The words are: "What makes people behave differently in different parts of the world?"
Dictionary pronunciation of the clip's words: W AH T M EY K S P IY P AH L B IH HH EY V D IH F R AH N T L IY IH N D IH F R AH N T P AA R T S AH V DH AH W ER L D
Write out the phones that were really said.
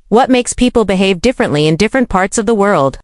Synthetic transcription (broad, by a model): W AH T M EY K S P IY P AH L B IH HH EY V D IH F R AH N T L IY IH N D IH F R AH N P AA R T S AH V DH AH W ER L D